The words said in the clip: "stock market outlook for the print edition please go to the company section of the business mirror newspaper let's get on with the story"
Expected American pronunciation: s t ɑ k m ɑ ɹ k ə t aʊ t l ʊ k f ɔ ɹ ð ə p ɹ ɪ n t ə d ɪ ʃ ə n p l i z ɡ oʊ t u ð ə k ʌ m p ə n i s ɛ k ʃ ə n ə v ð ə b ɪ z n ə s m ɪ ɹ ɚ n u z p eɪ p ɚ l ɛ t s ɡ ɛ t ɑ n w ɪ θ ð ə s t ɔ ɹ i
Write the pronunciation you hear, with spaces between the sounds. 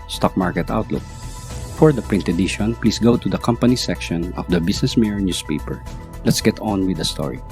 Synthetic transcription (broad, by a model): s t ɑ k m ɑ ɹ k ə t aʊ t l ʊ k f ɔ ɹ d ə p ɹ ɪ n t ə d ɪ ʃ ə n p l i s ɡ oʊ t u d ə k ʌ m p ə n i s ɛ k ʃ ə n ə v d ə b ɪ s n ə s m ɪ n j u s p eɪ p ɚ l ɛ t s ɡ ɛ t ɑ n w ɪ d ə s t ɔ ɹ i